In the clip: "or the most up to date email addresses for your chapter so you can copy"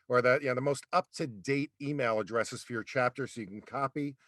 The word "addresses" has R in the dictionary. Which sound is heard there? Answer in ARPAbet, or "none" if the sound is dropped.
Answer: R